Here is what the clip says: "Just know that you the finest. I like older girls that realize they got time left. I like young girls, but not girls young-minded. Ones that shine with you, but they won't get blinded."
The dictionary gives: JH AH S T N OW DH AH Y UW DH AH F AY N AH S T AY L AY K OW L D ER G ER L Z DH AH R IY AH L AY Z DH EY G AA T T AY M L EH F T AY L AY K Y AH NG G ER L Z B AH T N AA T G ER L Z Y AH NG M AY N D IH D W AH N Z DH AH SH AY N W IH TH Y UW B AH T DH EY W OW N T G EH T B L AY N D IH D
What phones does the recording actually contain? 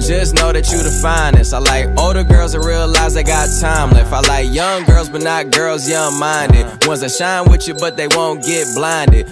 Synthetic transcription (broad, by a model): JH AH S N OW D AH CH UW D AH F AY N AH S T AY L AY K OW L D ER G ER L Z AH R IY AH L AY Z DH EY G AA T T AY M L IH F AY L AY K Y AH NG G ER L Z B AH T N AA T G ER L Z Y AH NG M AY N D IH D W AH N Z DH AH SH AY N W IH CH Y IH B AH T DH EY W OW N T G EH T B L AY N D IH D